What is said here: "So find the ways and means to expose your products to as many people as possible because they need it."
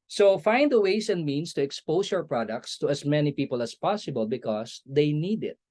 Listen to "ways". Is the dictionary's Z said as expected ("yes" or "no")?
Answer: no